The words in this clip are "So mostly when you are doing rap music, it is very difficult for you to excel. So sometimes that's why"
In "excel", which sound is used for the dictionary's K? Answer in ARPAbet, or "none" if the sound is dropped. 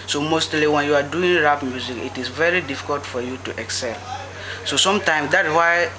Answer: K